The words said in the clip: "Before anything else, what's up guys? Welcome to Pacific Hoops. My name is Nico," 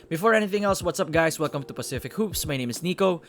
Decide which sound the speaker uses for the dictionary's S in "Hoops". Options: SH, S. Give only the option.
S